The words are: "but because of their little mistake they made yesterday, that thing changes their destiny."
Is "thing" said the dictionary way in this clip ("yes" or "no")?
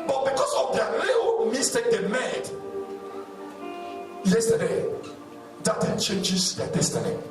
no